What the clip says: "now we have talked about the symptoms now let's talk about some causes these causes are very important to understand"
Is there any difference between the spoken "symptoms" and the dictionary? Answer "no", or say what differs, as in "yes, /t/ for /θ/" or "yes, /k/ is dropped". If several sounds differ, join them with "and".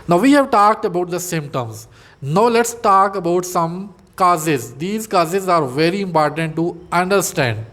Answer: yes, /p/ is dropped